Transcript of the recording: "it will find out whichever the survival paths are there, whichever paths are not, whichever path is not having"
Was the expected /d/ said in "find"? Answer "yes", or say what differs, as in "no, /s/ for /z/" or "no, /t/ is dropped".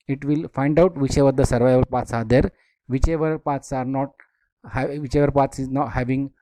yes